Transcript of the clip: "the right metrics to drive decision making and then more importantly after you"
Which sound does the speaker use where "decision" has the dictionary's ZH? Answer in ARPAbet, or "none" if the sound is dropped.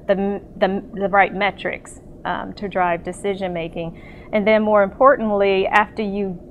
ZH